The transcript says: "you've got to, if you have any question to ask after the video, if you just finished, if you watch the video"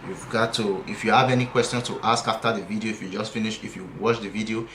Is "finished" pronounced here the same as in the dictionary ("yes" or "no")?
no